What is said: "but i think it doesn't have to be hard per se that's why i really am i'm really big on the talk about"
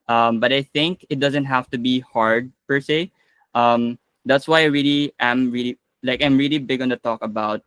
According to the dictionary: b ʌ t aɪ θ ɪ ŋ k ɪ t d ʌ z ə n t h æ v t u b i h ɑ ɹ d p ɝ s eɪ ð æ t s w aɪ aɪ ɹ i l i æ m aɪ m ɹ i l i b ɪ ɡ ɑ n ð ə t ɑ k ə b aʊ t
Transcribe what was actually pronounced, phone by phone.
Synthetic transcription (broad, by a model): b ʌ t aɪ θ ɪ ŋ k ɪ t d ʌ z ə n t h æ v t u b i h ɑ ɹ d p ɝ s eɪ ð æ t s w aɪ aɪ ɹ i l i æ m aɪ m ɹ i l i b ɪ ɡ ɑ n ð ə t ɑ k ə b aʊ t